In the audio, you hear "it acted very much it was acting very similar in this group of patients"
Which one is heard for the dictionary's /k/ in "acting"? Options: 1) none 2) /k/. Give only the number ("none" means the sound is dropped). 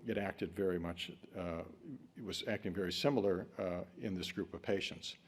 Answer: 2